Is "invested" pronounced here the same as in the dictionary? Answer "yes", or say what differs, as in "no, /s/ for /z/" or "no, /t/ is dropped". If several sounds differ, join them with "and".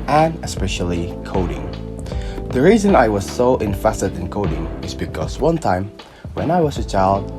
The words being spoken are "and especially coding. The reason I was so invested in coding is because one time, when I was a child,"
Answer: no, /f/ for /v/